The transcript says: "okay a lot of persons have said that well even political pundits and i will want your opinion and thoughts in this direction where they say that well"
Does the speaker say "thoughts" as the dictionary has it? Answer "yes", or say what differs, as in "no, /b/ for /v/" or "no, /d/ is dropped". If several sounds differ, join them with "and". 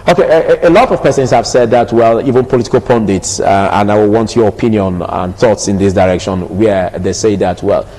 yes